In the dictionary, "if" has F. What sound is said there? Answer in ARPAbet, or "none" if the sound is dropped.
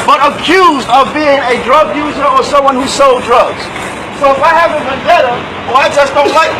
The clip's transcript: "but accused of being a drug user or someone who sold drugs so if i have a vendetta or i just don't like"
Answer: F